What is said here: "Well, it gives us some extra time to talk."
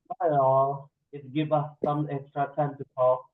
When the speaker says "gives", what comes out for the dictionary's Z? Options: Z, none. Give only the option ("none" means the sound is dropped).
none